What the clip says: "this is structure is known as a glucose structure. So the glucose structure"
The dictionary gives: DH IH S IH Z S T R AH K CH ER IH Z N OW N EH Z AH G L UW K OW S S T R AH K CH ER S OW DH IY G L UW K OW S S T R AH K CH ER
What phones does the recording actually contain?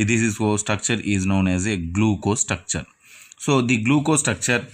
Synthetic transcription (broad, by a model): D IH S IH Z S T R AH K CH ER IH Z N OW N EH Z AH G L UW K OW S S T R AH K CH ER S OW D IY G L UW K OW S S T R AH K CH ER